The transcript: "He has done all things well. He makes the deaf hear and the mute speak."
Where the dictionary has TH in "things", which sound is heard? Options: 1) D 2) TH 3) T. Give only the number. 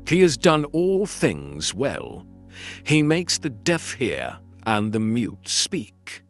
2